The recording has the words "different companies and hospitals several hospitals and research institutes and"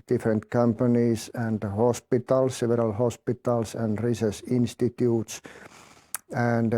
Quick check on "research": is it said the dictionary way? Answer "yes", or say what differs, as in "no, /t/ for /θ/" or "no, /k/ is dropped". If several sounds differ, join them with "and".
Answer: no, /s/ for /tʃ/